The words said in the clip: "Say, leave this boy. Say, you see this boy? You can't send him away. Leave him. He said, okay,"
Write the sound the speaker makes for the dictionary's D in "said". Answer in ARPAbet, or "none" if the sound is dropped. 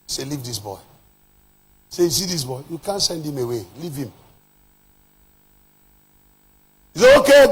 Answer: none